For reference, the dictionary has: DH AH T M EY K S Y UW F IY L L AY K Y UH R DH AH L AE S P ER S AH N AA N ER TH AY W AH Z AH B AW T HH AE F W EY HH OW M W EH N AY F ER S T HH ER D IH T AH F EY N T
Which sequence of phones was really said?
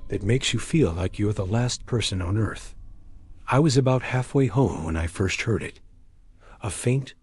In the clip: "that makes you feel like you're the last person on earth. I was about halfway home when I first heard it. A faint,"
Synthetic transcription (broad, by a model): DH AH T M EY K S Y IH F IY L L AY K Y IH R DH AH L AE S P ER S AH N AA N ER TH AY W AH Z AH B AW T HH AE F W EY HH OW M W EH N AY F ER S T HH ER D IH T AH F EY N T